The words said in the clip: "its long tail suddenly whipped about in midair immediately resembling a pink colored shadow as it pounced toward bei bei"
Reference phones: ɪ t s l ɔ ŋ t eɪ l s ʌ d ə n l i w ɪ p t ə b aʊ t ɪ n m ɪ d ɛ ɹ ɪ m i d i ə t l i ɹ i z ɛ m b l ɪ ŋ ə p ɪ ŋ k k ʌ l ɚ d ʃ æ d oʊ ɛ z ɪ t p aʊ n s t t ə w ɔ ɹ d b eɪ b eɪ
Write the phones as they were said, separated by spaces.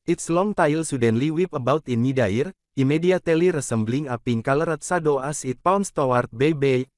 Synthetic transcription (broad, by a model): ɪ t s l ɔ ŋ t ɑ l s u d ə n l i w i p ə b aʊ t ɪ n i d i ɹ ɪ m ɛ d i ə t l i ɹ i s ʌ m b l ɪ ŋ ə p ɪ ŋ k k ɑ l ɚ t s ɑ d oʊ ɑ s ɪ t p aʊ n s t t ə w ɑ ɹ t b eɪ b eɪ